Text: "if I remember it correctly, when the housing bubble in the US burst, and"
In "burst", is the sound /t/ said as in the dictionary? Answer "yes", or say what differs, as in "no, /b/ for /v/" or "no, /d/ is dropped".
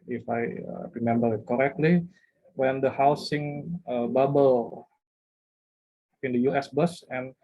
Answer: no, /t/ is dropped